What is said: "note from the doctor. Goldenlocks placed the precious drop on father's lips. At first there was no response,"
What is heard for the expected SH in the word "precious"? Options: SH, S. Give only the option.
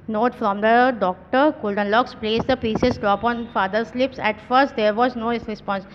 S